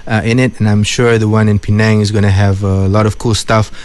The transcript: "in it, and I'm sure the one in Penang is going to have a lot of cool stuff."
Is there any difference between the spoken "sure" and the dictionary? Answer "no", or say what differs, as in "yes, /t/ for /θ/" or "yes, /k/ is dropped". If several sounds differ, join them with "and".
no